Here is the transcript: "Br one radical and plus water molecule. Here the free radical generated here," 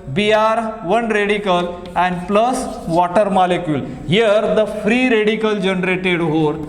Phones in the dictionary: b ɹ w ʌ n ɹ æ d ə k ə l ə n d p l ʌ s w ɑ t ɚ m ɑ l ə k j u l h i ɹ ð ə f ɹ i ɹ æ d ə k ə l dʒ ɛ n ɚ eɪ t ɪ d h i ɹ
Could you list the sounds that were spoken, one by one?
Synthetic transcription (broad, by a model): b ɹ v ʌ n ɹ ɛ d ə k ə l ə n d p l ʌ s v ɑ t ɚ m ɑ l ə k j u l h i ɹ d ə f ɹ i ɹ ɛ d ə k ə l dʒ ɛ n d eɪ t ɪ d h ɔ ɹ